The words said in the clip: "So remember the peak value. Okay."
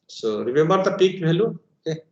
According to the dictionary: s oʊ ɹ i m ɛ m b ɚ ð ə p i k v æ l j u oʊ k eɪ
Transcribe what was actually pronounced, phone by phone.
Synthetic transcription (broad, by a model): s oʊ ɹ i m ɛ m b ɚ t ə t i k b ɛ l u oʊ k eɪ